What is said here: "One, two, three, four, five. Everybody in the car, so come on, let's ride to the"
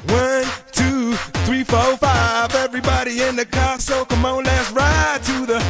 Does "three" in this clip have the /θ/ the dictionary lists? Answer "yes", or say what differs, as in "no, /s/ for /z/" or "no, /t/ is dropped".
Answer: yes